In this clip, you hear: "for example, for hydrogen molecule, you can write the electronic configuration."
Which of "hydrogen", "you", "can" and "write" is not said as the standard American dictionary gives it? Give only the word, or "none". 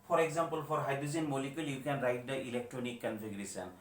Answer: hydrogen